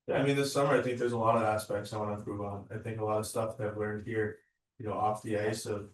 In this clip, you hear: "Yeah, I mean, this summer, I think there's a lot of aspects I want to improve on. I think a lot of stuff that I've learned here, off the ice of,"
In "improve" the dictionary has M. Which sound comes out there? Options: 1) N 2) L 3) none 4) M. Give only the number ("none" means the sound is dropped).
3